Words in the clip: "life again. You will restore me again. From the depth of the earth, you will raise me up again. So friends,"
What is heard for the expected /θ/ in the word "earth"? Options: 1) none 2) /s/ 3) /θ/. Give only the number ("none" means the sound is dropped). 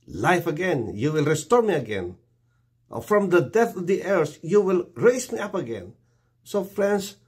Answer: 2